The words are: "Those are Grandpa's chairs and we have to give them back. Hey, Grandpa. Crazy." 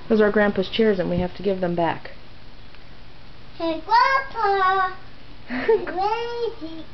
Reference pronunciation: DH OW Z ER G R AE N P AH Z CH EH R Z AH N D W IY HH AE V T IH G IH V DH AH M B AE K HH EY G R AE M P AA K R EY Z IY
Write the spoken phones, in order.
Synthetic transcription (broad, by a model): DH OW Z ER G R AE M P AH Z CH EH R Z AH N W IY HH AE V T IH G IH V DH AH M B AE K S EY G W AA P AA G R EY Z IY